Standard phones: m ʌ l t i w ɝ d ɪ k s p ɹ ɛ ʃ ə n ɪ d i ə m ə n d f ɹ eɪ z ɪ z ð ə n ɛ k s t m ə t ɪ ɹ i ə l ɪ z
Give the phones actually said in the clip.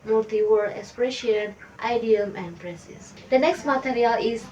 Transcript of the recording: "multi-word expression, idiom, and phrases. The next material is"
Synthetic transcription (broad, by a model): m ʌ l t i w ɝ ɪ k s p ɹ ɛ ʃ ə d ɪ d i ə m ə n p ɹ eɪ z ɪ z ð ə n ɛ k s t m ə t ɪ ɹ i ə l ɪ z